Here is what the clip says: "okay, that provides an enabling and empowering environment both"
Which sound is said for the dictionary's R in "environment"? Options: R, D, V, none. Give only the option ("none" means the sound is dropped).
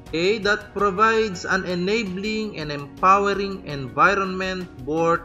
R